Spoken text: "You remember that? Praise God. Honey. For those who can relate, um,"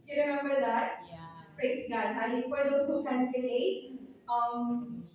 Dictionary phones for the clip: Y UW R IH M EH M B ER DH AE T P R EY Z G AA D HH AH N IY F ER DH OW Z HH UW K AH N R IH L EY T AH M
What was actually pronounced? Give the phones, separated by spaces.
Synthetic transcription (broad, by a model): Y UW R IH M EH M B ER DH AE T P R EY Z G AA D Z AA L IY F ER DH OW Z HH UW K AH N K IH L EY AH M